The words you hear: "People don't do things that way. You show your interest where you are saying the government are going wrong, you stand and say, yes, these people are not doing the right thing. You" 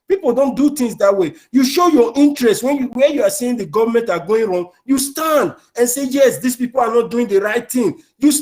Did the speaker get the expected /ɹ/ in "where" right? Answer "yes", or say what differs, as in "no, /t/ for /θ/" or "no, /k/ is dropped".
no, /w/ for /ɹ/